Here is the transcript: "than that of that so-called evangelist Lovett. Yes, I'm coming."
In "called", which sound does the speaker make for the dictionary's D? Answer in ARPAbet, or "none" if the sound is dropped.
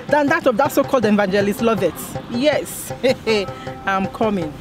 D